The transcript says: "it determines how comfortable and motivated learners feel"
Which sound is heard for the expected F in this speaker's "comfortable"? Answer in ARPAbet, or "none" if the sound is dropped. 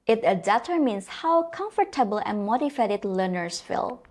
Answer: F